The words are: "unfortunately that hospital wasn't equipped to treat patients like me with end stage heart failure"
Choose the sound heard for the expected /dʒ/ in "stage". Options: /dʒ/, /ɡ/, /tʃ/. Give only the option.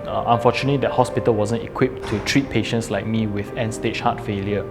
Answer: /tʃ/